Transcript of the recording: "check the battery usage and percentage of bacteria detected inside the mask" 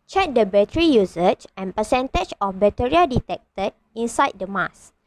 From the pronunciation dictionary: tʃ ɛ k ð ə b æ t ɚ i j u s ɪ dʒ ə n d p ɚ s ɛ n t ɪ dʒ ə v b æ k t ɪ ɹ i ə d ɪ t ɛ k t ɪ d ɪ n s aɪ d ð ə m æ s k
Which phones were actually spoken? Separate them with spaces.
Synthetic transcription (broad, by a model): tʃ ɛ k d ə b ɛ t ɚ i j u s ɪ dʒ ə n p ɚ s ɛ n t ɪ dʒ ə f b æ t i ɹ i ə d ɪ t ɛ k t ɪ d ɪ n s aɪ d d ə m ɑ s